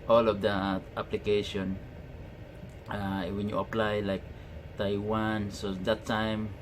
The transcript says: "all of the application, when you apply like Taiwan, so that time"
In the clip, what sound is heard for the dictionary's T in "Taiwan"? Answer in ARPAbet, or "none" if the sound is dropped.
T